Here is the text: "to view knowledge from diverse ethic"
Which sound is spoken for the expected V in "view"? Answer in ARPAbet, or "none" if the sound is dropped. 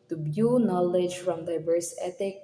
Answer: B